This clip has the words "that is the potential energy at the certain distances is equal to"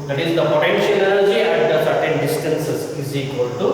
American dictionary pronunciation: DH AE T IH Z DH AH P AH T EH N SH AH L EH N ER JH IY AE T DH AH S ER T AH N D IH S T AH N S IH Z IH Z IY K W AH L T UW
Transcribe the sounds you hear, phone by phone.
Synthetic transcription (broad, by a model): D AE T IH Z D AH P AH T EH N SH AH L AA L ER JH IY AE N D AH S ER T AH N D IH S T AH N S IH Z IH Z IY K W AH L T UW